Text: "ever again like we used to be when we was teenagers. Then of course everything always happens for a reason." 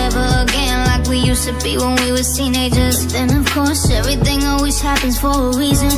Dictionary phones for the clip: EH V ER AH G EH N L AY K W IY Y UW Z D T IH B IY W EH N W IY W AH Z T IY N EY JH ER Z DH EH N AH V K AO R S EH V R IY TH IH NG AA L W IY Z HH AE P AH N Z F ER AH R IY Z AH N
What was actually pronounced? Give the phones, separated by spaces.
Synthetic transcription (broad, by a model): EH V ER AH G EH N L AY K W IY Y UW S T IH B IY W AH N W IY W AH T IY N EY JH ER Z DH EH N AH V K AO R S EH V R IY TH IH NG AA L W IY Z HH AE P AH N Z F ER AH R IY Z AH N